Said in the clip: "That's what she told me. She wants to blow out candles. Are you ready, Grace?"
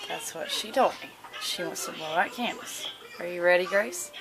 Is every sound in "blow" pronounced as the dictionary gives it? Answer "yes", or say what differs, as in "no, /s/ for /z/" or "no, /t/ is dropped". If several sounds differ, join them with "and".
no, /l/ is dropped